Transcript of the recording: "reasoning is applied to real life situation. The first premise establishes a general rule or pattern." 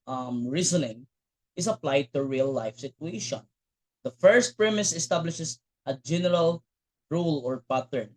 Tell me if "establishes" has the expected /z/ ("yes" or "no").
no